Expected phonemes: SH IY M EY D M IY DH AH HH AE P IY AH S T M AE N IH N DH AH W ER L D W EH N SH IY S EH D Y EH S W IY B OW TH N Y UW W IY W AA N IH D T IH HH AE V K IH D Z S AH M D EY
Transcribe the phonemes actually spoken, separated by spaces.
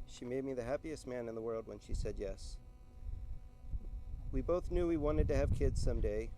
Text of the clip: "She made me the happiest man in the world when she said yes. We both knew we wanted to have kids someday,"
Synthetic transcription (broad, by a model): SH IY M EY D M IY DH AH HH AE P IY AH S T M AE N IH N DH AH W ER L D W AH N SH IY S EH D Y EH S W IY B OW TH N Y UW W IY W AA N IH D T IH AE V K IH D Z S AH M D EY